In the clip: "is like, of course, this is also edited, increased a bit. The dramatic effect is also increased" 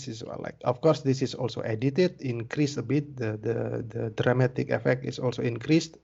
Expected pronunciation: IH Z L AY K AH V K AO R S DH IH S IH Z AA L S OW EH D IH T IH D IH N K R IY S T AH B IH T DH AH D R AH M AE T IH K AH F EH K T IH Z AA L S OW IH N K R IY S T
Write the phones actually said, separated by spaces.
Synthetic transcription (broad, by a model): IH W L AY K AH F K AO R S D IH S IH S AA L S OW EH D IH T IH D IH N K R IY S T AH B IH T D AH D R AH M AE T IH K AH F EH K T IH S AA L S OW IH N K R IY S T